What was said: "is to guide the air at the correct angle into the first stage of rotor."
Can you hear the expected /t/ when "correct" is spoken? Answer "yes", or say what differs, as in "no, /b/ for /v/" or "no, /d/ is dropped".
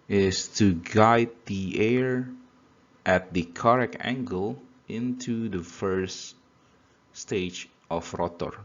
no, /t/ is dropped